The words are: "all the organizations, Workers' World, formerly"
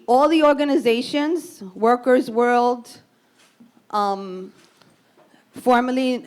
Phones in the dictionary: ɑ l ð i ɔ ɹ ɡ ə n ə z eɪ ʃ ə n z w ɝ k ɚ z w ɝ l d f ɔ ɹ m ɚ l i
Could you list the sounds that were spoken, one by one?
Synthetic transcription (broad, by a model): ɑ l ð i ɔ ɹ ɡ ə n ə z eɪ ʃ ə n z w ɝ k ɚ z w ɝ l d f ɔ ɹ m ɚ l i